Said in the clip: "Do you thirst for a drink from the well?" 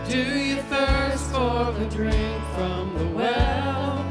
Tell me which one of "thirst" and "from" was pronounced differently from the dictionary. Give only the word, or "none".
none